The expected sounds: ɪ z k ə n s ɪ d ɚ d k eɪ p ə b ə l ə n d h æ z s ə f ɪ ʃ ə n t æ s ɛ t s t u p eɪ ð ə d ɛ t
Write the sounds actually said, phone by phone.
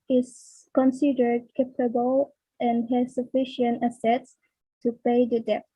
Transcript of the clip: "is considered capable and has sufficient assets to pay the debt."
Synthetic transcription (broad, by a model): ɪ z k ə n s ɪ d ɚ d k eɪ p ə b ə l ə n h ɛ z s ə f ɪ ʃ ə n t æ s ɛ t s t u p eɪ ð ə d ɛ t